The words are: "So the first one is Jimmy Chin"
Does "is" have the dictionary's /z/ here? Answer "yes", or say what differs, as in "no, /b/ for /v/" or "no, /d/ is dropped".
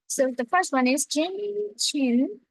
yes